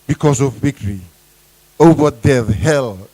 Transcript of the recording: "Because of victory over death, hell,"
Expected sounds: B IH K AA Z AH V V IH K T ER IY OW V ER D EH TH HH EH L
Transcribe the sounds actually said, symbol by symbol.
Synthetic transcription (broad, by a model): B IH K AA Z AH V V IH K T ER IY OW W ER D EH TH HH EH L